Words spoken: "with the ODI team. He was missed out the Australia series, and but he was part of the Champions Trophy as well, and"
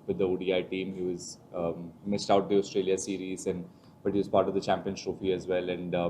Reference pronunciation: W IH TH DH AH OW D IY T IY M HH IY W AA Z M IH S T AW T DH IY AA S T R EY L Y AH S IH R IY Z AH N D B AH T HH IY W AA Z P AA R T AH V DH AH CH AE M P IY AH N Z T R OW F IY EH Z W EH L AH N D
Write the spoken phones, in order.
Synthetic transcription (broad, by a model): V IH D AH OW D IY T IY M HH IY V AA Z M IH S T AW T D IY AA S T R EY L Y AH S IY R IY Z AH N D B AH T HH IY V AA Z P AA R T AH V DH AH CH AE M P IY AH N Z T R OW F IY EH Z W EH L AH N D